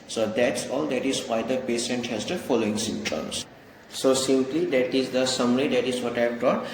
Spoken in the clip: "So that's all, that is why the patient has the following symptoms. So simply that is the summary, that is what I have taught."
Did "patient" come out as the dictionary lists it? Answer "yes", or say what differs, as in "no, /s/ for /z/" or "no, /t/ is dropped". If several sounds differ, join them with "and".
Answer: no, /s/ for /ʃ/